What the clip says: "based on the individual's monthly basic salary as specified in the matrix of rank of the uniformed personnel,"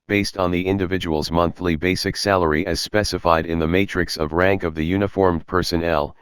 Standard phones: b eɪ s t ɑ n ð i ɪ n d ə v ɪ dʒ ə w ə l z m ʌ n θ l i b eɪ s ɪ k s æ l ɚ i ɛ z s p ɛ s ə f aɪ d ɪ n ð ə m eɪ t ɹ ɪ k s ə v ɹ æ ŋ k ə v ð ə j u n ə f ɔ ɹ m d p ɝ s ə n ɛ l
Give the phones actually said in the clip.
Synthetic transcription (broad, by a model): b eɪ s t n ð i ɪ n d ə v ɪ dʒ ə w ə l z m ʌ n θ l i b eɪ s ɪ k s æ l ɚ i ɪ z s p ɛ s ə f aɪ d ɪ n ð ə m eɪ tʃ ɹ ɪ k s ə v ɹ æ ŋ k ə v ð ə j u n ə f ɔ ɹ m p ɝ s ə n ɛ l